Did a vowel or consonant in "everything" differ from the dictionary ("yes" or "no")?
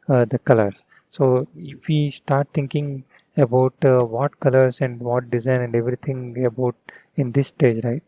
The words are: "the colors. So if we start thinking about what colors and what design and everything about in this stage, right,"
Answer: yes